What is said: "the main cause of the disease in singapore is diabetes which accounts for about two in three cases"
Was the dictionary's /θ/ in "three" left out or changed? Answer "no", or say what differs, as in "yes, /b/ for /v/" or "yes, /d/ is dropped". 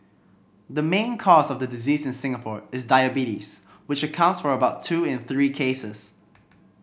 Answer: no